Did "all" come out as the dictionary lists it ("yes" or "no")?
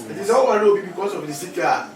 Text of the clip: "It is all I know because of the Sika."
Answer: no